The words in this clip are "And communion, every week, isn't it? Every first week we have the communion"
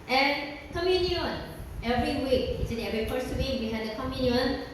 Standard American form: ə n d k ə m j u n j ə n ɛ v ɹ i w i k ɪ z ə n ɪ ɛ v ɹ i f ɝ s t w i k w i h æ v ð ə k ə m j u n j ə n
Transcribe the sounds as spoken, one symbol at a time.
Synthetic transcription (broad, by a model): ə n k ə m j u n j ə n ɛ v ɹ i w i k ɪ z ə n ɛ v ɹ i p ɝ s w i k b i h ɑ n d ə k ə m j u n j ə n